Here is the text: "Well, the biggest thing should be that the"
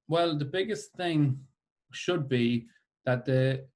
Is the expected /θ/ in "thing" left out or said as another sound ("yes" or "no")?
no